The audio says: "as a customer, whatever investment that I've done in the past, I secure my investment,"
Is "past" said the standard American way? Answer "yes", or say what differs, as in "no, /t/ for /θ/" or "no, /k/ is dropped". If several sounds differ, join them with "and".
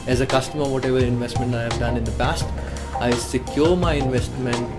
yes